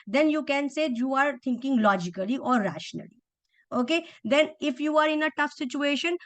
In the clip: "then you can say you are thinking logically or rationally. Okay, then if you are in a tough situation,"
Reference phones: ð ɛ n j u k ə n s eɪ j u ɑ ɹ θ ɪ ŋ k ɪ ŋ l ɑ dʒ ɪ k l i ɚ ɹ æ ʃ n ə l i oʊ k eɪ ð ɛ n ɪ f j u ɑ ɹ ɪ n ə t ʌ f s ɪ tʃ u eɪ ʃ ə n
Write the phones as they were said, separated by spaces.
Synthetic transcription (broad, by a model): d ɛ n j u k ə n s eɪ j u ɑ ɹ t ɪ ŋ k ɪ ŋ l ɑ dʒ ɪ k l i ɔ ɹ æ ʃ n ə l i oʊ k eɪ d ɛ n ɪ f j u ɑ ɹ ɪ n ə t ʌ f s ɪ tʃ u eɪ ʃ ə n